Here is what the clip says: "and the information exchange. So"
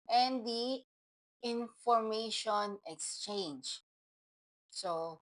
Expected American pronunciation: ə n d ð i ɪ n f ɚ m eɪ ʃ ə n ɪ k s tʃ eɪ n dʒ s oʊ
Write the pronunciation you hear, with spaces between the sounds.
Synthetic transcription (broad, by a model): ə n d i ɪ n f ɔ m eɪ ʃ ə n ɪ k s tʃ eɪ n dʒ s oʊ